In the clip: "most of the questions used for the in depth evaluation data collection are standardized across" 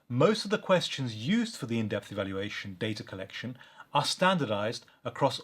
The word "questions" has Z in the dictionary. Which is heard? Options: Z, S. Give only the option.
Z